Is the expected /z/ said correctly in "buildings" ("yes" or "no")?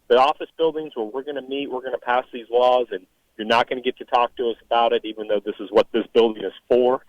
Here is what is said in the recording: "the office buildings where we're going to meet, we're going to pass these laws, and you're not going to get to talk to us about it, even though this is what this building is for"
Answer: yes